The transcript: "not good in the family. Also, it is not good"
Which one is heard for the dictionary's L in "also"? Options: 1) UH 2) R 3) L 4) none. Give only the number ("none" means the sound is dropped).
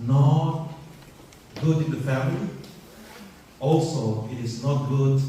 3